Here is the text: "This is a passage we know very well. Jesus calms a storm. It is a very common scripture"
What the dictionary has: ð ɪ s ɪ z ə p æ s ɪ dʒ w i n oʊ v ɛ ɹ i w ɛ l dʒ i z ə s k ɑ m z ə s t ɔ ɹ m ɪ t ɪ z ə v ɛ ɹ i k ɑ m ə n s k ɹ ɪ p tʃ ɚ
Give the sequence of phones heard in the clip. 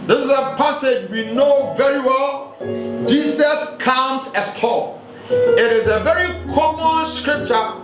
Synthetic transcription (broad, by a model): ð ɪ s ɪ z ə p æ s ɪ dʒ w i n oʊ v ɛ ɹ i w ɛ l dʒ i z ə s k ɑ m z ə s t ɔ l ɪ t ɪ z ə v ɛ ɹ i k ɑ m ə n s k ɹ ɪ p tʃ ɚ